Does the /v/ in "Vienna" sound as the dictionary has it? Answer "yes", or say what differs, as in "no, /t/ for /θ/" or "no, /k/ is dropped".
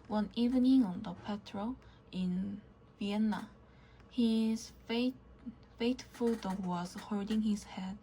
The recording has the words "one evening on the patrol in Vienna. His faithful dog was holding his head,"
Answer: yes